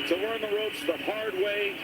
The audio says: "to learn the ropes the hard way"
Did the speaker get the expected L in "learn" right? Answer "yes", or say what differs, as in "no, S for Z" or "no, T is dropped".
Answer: no, W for L